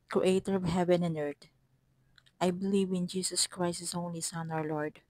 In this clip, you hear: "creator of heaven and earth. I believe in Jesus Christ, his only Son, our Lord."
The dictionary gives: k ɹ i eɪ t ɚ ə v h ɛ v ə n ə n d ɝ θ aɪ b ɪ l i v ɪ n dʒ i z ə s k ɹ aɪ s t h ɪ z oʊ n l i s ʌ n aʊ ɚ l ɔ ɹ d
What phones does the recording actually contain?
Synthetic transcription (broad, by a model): k ɹ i eɪ t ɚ ə v h ɛ v ə n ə n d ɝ t aɪ b ɪ l i v ɪ n dʒ i s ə s k ɹ aɪ s t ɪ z oʊ n l i s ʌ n aʊ ɚ l ɔ ɹ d